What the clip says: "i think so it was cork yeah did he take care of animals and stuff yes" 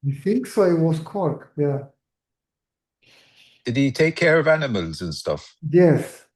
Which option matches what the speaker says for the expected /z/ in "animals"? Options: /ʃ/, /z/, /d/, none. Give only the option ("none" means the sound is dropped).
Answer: /z/